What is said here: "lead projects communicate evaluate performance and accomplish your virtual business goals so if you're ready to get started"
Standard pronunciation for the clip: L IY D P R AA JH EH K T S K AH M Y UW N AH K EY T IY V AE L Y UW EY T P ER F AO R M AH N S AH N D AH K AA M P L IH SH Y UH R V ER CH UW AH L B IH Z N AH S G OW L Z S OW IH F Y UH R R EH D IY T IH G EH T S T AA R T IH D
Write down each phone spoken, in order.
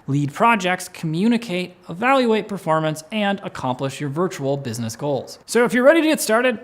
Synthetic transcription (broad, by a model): L IY D P R AA JH EH K T S K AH M Y UW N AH K EY T IY V AE L Y UW EY T P ER F AO R M AH N S AH N D AH K AA M P L IH SH Y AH R V ER CH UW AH L B IH Z N AH S G OW L Z S OW IH F Y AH R R EH D IY T IH G EH T S T AA R T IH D